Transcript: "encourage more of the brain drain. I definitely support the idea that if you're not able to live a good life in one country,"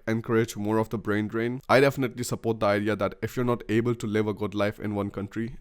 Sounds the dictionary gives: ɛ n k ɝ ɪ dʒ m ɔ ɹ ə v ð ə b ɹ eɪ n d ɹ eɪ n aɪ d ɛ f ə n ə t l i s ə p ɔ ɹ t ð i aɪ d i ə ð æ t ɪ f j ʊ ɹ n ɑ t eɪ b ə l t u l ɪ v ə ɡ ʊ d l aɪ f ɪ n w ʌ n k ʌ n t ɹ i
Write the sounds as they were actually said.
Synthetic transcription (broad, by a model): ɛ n k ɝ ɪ dʒ m ɔ ɹ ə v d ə b ɹ eɪ n d ɹ eɪ n aɪ d ɛ f ə n ə t l i s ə p ɔ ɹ t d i aɪ d i ə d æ t ɪ f j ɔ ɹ n ɑ t eɪ b ə l t u l ɪ v ə ɡ ʊ d l aɪ f ɪ n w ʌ n k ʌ n t ɹ i